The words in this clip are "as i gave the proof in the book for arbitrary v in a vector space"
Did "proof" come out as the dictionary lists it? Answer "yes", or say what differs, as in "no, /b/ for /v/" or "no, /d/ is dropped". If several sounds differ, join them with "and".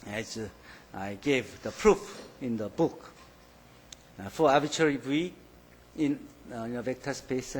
yes